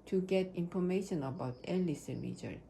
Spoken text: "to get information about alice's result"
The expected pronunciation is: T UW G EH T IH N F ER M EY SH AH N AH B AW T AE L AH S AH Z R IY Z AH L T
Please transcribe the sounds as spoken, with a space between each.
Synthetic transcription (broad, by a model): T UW G EH T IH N F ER M EY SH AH N AH B AW T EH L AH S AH R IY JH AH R